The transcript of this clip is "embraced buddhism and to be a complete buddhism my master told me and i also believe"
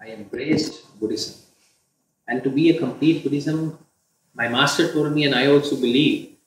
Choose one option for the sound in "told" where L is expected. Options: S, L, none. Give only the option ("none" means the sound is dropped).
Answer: none